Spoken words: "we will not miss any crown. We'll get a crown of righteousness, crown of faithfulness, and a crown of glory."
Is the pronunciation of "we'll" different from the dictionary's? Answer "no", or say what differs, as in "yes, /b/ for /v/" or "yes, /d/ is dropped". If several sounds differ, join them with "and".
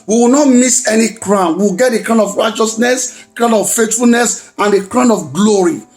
yes, /w/ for /l/